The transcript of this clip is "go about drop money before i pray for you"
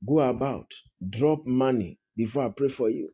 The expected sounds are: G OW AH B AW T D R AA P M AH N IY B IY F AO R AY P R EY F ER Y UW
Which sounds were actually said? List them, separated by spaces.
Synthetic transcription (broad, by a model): G OW AH B AW T D R AA P M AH N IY B IY F AO AY P R EY F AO Y UW